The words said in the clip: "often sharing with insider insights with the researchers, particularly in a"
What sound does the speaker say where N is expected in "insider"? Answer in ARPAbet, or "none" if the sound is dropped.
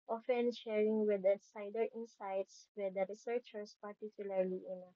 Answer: none